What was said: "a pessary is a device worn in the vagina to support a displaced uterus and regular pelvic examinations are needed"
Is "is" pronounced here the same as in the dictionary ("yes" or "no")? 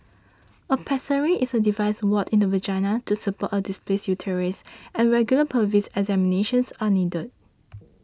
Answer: no